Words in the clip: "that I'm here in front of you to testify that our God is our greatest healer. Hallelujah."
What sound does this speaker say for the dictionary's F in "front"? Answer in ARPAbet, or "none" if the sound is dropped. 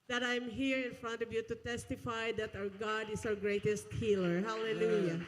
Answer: F